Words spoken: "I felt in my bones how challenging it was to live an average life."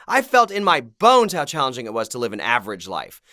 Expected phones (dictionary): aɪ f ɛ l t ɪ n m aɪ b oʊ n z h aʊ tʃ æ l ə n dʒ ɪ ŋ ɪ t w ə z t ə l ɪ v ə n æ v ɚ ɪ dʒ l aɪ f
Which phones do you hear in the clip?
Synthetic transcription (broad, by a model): aɪ f ɛ l t ɪ n m aɪ b oʊ n z h aʊ tʃ æ l ə n dʒ ɪ ŋ ɪ t w ə z t ə l ɪ v ə n æ v ɚ ɪ dʒ l aɪ f